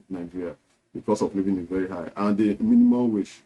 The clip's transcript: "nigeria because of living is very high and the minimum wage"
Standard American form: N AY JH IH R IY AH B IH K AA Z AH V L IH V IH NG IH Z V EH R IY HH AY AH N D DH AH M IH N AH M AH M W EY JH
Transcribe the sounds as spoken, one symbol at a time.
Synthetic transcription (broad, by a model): N AY JH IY R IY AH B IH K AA S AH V L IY V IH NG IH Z V EH R IY HH AY AH N D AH M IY N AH M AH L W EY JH